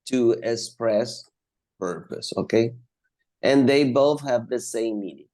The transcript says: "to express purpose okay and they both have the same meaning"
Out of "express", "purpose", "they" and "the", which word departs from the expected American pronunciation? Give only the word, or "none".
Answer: none